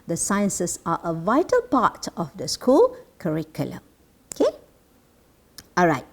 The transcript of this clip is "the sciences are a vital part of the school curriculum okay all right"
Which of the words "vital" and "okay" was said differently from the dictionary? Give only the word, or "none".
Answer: none